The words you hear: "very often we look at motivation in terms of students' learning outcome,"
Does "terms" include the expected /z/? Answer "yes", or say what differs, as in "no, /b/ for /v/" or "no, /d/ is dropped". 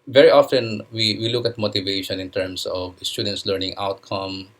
no, /s/ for /z/